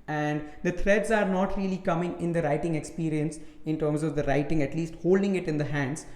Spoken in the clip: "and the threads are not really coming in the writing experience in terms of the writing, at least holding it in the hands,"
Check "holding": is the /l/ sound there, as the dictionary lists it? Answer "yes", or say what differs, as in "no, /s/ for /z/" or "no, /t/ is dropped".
yes